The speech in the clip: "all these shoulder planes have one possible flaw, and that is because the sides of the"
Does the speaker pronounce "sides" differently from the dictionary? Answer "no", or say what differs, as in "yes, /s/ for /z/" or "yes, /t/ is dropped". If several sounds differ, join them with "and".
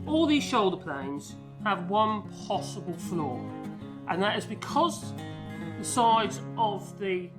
no